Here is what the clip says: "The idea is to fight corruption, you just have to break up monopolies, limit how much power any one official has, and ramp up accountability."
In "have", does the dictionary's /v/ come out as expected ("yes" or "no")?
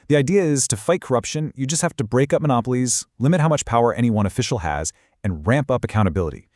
no